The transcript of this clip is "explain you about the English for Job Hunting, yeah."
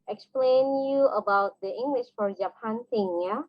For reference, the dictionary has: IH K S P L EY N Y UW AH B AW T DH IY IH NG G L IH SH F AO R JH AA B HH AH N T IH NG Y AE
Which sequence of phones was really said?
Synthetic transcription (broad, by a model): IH K S P L EY N Y UW AH B AW T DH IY IH NG G L IH SH F AO R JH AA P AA N S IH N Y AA